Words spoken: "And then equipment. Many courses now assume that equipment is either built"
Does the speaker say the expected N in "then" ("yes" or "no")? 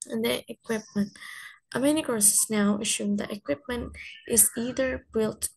no